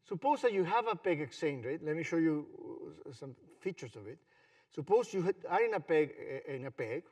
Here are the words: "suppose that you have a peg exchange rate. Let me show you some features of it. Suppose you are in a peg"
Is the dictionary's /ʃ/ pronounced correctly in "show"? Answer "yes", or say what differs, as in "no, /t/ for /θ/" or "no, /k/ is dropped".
yes